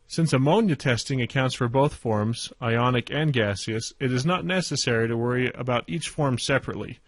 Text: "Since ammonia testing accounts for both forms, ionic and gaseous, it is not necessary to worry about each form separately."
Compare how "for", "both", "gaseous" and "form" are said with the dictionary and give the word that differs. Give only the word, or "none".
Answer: none